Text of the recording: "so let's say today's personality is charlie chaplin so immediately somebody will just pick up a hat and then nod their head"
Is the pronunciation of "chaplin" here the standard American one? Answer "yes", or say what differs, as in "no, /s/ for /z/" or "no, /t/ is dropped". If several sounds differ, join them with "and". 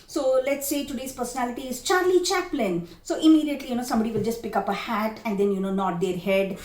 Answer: yes